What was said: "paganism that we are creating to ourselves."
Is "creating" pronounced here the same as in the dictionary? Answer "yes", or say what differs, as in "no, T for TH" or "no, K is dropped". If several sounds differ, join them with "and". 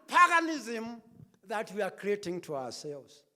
yes